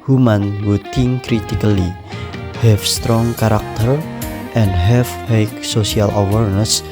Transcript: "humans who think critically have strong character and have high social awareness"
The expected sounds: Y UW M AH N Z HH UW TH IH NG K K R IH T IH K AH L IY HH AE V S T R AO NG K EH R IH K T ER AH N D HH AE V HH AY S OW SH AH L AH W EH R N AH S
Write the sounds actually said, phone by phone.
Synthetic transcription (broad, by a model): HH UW M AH N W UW T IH NG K K R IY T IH K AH L IY HH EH F S T R AO NG K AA R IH K T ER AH N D HH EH F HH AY S OW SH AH L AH W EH R N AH S